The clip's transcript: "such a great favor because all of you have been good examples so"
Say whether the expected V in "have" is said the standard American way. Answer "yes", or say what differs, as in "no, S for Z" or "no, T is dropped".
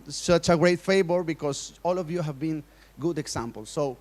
yes